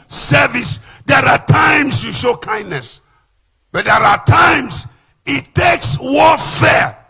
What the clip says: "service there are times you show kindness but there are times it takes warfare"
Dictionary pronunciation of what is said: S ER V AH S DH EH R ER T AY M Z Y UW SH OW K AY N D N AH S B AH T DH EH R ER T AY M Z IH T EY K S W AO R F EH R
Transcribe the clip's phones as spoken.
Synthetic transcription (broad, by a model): S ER V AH S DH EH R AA T AY M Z Y UW SH OW K AY N D N AH S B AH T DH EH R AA T AY M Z IH T EY K S W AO F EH